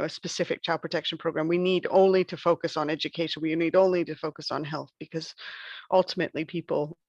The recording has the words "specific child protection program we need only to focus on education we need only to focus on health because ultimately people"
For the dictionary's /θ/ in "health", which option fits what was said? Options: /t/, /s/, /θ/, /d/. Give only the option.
/θ/